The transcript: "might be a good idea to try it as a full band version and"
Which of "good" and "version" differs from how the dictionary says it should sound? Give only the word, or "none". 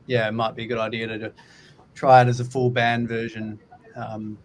none